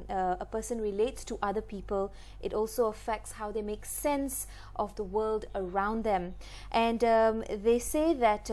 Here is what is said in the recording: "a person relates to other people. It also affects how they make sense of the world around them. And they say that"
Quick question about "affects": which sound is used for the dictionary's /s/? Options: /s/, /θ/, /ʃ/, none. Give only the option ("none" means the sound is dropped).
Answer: /s/